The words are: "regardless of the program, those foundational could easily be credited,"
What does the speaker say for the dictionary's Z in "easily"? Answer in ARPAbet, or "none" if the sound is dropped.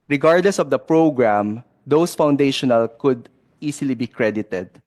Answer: S